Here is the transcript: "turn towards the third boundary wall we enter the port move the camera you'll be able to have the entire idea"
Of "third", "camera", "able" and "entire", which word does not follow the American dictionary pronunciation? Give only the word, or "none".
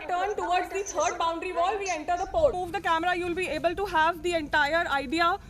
third